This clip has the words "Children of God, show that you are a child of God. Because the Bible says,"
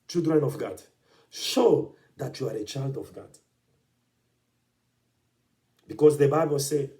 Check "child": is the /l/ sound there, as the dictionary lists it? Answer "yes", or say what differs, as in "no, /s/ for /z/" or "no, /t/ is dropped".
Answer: yes